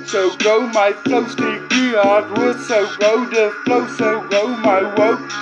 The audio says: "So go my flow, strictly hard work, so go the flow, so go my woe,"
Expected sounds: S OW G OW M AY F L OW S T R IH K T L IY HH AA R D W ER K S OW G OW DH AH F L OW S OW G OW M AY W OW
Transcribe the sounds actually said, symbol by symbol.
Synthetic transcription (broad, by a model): S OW G OW M AY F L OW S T IH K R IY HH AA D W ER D S OW G OW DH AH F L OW S OW G OW M AY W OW